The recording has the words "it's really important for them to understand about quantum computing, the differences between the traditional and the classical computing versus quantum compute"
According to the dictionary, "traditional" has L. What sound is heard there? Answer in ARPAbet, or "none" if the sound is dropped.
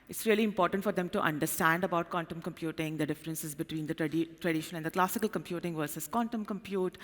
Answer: N